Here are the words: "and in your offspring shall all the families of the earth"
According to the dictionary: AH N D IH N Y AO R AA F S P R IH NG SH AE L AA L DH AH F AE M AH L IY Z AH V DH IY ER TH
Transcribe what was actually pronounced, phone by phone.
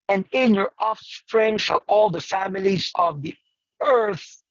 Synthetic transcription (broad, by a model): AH N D IH N Y AO R AA F S P R IH NG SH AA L AA L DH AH F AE M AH L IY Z AH V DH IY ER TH